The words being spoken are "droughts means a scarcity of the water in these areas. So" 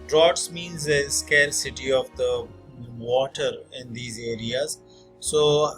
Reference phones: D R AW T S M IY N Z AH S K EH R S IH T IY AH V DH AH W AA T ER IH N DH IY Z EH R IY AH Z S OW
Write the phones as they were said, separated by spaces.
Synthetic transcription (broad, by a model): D R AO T S M IY N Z AH S K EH L S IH T IY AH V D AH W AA T ER IH N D IY Z EH R IY AH Z S OW